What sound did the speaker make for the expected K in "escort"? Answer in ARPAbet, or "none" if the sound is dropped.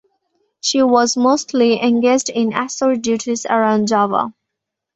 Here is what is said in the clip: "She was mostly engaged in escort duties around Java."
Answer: none